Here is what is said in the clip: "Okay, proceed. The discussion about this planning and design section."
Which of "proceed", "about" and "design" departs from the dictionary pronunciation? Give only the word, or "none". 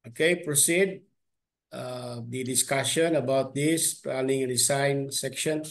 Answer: design